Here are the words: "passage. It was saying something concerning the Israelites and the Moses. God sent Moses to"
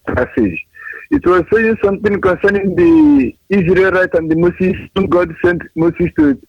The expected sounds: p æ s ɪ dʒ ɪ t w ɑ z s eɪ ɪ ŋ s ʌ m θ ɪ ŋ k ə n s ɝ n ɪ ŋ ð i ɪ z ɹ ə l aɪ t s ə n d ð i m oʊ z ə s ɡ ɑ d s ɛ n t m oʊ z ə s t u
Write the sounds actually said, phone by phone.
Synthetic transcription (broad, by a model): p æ s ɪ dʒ ɪ t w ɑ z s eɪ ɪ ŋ s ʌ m t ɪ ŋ k ə n s ɝ n ɪ ŋ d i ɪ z ɹ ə l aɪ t ə n d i m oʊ s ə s ɡ ɑ d s ɛ n t m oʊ s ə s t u